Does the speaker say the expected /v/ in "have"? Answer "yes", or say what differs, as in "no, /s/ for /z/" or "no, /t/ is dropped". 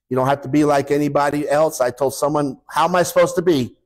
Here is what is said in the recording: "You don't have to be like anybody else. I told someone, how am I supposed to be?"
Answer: no, /f/ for /v/